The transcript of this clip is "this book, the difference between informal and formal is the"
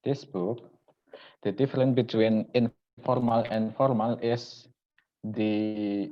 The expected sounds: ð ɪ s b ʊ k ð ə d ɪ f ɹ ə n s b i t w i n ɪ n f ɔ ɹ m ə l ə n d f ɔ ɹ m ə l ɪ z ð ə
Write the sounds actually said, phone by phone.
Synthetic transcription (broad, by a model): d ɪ s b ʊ k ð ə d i f ɹ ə n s b i t w i n ɪ n f ɔ ɹ m ə l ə n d f ɔ ɹ m ə l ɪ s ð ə